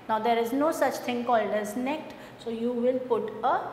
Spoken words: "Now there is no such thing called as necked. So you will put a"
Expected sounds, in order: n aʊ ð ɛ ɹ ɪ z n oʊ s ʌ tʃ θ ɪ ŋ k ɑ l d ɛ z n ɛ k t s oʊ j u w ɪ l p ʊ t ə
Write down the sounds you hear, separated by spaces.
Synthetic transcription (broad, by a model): n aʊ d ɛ ɹ ɪ z n oʊ s ʌ tʃ t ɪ ŋ k ɑ l d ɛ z n ɛ k t s oʊ j u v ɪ l p ʊ t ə